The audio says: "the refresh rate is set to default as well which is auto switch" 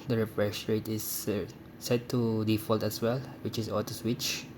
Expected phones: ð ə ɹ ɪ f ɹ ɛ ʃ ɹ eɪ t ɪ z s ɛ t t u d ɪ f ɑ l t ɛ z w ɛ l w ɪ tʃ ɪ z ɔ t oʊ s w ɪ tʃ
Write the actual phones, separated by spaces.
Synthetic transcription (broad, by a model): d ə ɹ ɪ f ɹ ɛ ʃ ɹ eɪ t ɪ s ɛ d t u d ɪ f ɑ l t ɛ s w ɛ l w ɪ tʃ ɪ s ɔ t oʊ s w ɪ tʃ